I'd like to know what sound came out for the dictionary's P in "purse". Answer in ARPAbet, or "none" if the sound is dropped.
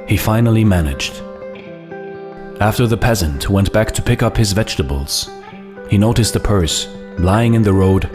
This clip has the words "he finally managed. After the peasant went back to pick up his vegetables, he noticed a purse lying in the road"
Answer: P